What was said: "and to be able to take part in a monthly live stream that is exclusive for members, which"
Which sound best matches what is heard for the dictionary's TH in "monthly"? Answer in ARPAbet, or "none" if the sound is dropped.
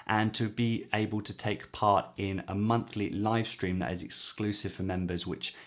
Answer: TH